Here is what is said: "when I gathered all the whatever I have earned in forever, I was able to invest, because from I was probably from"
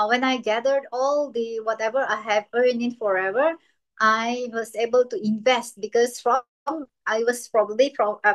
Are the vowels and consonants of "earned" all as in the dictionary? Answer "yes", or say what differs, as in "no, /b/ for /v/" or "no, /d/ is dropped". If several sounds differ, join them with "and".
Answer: no, /d/ is dropped